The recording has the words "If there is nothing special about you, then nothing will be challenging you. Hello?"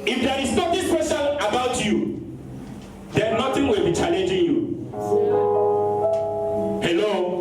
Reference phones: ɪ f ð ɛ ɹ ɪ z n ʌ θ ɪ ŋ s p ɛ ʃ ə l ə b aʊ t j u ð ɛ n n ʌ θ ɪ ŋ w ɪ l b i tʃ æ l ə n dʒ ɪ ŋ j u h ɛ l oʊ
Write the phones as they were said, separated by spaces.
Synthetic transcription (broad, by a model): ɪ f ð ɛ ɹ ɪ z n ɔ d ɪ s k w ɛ s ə n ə b aʊ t j u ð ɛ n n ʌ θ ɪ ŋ w ɪ l b i tʃ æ l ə n dʒ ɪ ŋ j u h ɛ l oʊ